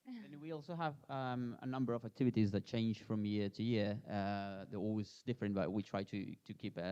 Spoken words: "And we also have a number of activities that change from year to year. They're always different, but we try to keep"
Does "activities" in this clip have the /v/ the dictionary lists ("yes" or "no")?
yes